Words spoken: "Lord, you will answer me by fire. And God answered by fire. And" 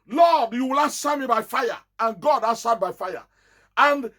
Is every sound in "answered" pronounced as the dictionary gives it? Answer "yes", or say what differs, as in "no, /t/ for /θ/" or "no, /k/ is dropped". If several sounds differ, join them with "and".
no, /n/ is dropped